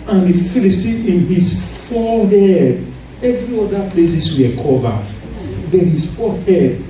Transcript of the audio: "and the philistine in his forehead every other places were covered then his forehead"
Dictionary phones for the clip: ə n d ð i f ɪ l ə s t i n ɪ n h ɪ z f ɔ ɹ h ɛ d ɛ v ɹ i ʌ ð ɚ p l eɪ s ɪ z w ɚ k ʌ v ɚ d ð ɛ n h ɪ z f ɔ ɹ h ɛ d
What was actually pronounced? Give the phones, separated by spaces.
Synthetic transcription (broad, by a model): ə n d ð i f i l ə s t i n ɪ n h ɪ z f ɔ l h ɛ d ɛ v ɹ i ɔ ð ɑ p l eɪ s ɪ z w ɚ k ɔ v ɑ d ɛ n h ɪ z f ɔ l h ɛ d